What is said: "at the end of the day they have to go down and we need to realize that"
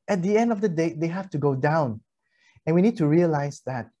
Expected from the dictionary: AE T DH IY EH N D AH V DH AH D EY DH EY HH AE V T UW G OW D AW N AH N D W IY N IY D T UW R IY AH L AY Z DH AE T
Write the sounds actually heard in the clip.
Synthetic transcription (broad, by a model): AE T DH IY EH N D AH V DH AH D EY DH EY HH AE F T UW G OW D AW N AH N W IY N IY D T UW R IY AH L AY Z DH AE T